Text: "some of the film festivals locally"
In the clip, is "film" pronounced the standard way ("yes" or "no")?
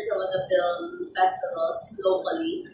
yes